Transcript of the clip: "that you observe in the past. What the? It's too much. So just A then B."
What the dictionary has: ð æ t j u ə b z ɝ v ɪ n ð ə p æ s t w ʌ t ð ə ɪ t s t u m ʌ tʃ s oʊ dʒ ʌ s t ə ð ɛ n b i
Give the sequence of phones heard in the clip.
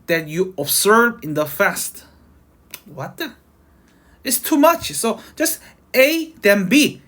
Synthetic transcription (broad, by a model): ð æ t j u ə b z ɝ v ɪ n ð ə f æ s t w ʌ t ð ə ɪ t s t u m ʌ tʃ s oʊ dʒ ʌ s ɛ ə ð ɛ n b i